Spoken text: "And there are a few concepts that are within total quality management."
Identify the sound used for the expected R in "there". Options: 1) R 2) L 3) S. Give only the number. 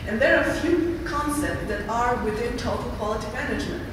1